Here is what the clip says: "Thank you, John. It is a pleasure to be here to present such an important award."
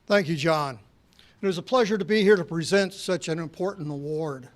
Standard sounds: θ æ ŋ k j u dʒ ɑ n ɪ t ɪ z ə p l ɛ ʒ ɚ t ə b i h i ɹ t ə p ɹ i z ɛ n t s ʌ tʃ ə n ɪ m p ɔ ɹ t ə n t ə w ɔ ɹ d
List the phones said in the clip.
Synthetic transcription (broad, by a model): θ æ ŋ k j u dʒ ɑ n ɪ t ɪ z ə p l ɛ ʒ ɚ t ə b i h i ɹ t ə p ɹ i z ɛ n t s ʌ tʃ ə n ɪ m p ɔ ɹ t n t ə w ɔ ɹ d